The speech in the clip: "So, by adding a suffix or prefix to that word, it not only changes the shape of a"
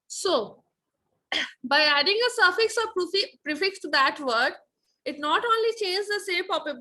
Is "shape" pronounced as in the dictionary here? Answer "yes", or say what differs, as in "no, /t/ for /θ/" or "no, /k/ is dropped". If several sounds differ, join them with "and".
no, /s/ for /ʃ/